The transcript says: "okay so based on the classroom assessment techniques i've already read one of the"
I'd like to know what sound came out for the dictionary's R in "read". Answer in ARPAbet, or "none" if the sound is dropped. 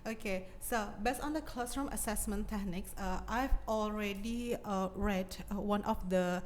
R